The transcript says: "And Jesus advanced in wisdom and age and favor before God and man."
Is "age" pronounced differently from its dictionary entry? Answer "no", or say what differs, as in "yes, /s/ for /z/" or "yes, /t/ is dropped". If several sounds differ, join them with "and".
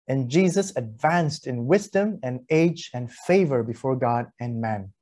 no